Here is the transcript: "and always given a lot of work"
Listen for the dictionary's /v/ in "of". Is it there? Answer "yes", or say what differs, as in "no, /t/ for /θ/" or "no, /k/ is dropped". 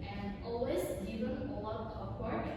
no, /p/ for /v/